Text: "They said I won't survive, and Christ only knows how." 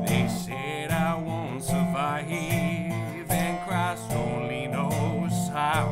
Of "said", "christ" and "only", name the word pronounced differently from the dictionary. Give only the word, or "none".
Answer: christ